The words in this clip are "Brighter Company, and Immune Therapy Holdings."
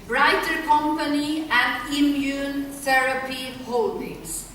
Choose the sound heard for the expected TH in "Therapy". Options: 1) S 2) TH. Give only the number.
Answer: 1